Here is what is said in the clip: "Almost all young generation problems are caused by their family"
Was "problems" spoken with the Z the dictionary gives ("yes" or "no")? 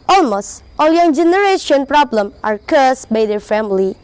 no